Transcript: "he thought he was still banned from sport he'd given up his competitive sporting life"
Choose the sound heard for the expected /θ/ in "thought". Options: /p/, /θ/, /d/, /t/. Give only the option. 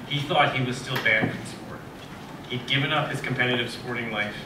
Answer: /θ/